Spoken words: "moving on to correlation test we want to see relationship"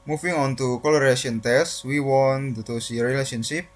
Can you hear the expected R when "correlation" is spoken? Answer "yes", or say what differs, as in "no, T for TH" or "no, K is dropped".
no, L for R